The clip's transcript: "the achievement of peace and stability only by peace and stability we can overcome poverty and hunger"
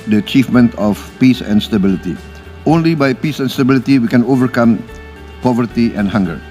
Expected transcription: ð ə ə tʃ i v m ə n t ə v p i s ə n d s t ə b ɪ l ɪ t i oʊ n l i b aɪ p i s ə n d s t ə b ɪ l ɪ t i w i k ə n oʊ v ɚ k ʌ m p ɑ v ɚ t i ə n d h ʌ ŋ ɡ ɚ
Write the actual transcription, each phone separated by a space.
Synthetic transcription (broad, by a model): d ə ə tʃ i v m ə n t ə f p i s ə n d s t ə b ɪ l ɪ t i oʊ n l i b aɪ p i s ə n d s t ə b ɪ l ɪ t i w i k ə n oʊ v ɚ k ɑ m p ɑ v ɚ t i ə n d h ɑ ŋ ɡ ɚ